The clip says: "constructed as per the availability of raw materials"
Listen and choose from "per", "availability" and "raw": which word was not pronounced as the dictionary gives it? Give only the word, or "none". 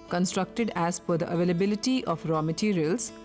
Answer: per